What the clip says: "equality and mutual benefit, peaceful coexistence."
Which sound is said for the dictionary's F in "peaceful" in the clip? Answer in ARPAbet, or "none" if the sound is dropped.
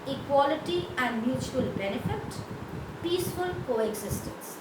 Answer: F